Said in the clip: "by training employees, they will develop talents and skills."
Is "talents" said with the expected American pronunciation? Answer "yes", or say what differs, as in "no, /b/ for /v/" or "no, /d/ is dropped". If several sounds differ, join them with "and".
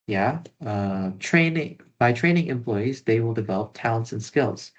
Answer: yes